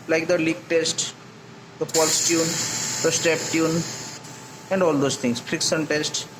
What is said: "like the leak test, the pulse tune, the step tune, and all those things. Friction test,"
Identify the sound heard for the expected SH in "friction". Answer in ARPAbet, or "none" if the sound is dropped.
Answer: S